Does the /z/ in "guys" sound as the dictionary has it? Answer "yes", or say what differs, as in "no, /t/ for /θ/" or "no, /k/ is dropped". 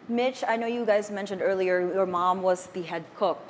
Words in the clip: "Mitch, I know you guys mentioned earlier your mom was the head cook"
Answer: yes